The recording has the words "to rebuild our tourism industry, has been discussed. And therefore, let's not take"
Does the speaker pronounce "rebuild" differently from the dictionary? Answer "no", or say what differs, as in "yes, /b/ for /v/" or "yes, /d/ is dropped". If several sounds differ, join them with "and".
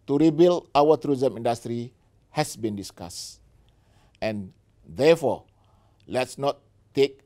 yes, /d/ is dropped